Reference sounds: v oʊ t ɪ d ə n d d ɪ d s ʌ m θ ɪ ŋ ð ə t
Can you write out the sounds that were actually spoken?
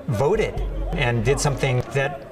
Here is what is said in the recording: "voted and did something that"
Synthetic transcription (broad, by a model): v oʊ t ɪ d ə n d d ɪ d s ʌ m θ ɪ ŋ ð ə t